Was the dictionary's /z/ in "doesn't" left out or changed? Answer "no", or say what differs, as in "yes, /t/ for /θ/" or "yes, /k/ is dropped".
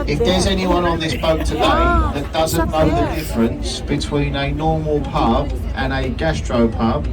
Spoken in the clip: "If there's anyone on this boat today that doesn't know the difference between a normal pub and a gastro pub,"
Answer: no